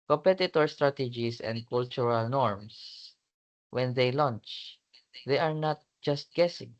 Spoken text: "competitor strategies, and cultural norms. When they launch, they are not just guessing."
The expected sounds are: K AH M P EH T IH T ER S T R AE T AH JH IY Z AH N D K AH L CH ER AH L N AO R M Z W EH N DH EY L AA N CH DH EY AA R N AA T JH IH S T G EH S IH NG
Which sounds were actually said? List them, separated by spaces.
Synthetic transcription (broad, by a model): K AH M P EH T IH T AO S T R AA T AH JH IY S AH N D K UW L CH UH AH L N AO R M S W EH N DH EY L AA N CH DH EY AA R N AA T JH IH S T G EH S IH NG